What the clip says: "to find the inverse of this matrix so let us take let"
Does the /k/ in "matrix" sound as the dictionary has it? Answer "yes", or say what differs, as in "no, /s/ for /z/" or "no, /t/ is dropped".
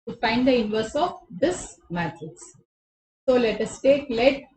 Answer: no, /k/ is dropped